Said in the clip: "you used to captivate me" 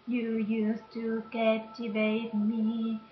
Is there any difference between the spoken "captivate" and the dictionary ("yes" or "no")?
yes